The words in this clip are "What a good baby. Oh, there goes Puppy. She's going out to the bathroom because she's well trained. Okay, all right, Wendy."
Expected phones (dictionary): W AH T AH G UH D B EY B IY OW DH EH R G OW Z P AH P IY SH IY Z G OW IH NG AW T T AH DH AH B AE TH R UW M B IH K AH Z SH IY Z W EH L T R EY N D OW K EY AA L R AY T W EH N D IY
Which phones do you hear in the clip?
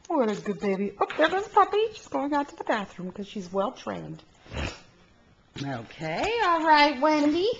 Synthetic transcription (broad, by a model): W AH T AH G UH D B EY B IY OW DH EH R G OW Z P AH P IY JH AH S G OW IH NG AW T T AH DH AH B AE TH R UW M K AH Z SH IY Z W EH L T R EY N D OW K EY AA L R AY T W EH N D IY